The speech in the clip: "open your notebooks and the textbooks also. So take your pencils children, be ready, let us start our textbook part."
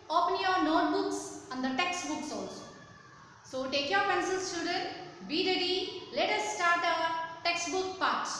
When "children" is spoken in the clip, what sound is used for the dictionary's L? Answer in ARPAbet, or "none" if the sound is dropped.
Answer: none